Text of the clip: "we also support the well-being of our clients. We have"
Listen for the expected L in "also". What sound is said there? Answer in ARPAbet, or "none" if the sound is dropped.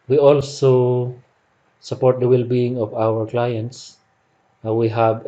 L